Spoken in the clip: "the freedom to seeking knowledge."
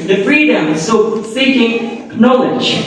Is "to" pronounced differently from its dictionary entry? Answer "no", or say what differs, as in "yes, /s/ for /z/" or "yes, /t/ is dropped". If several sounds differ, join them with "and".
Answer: yes, /s/ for /t/